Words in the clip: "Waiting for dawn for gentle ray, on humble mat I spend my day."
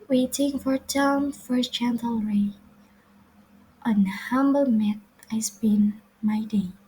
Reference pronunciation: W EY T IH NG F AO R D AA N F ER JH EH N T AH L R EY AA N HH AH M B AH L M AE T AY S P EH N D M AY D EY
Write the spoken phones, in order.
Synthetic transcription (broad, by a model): W EY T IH NG F AO R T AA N F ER CH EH N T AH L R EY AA N HH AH M B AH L M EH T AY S B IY N M AY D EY